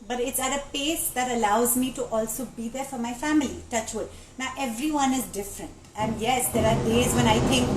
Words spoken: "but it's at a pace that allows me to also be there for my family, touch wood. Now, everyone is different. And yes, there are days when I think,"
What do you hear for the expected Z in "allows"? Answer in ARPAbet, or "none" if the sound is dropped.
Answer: Z